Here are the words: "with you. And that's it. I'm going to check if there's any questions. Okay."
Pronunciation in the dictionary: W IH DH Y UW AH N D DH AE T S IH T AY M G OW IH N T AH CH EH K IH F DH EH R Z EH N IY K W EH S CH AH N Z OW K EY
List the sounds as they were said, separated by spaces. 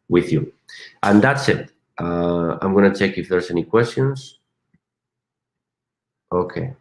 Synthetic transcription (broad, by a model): W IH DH Y UW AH N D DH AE T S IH T AY M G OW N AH CH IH K IH F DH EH R S EH N IY K W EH S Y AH N S OW K EY